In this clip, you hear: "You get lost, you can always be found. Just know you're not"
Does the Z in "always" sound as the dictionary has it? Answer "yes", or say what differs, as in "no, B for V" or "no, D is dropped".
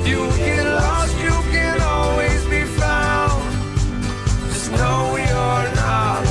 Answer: yes